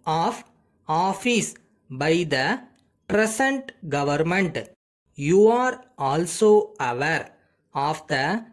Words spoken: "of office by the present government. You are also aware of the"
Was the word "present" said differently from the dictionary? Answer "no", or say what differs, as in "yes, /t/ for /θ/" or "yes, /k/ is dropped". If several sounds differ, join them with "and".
yes, /s/ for /z/